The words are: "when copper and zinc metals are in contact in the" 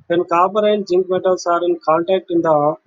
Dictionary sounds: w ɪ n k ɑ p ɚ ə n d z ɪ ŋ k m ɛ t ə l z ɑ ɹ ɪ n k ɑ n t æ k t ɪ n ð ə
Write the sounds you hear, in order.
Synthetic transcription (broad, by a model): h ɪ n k ɑ b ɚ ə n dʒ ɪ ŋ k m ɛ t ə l s ɑ ɹ ɪ n k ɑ n t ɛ k t ɪ n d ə